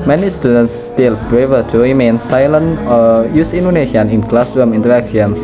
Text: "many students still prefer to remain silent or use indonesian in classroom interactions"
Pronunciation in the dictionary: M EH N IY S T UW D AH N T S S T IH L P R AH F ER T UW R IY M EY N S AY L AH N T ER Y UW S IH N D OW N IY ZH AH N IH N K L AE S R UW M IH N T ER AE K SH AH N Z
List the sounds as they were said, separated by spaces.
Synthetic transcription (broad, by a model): M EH N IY S T UW D AH N T S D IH L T R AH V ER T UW R IY M EY N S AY L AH N ER Y UW S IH N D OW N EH SH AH N IH N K L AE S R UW M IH N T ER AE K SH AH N